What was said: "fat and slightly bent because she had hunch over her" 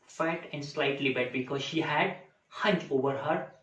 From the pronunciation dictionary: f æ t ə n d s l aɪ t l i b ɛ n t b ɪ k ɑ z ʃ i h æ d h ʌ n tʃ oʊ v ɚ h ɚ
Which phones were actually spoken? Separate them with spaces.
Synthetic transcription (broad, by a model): f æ t ə n d s l aɪ t l i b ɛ t b ɪ k ɑ z ʃ i h æ d h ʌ n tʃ oʊ v ɚ h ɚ